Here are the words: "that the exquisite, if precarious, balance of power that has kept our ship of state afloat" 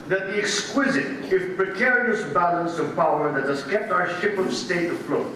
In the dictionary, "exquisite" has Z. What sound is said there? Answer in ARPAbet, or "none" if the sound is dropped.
Z